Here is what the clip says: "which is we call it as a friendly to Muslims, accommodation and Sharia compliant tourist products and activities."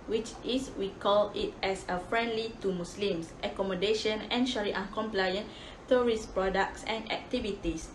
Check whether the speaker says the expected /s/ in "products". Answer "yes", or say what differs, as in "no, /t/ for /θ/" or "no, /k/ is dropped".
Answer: yes